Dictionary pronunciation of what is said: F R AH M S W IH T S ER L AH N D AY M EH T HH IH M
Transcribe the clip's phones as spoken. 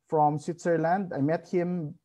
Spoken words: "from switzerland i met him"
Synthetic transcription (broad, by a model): F R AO M S W IH T S ER L AH N D AY M EH T HH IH M